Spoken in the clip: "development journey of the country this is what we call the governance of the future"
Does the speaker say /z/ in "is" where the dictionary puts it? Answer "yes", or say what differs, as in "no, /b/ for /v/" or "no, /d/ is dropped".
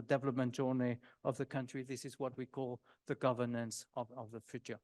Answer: yes